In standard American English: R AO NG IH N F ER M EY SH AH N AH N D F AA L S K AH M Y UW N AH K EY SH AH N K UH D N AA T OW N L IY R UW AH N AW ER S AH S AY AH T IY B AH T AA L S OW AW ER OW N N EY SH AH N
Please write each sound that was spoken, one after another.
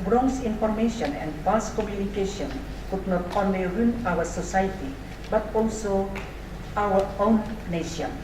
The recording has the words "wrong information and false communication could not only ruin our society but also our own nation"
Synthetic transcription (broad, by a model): R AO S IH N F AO M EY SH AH N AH N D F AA S K AH M Y UW N AH K EY SH AH N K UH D N AA T OW N L IY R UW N AW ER S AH S AY T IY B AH T AA L S OW AW ER OW N N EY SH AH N